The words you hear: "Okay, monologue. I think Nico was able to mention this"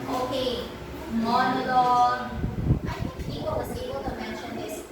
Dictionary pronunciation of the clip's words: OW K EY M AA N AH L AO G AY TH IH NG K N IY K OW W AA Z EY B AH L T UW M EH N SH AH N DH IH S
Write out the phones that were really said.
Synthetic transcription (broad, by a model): OW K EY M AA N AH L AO AY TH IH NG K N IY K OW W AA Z EY B AH L T UW M EH N SH AH N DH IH S